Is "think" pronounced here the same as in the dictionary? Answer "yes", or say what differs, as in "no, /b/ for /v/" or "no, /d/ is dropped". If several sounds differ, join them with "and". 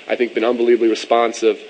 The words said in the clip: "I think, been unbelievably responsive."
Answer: yes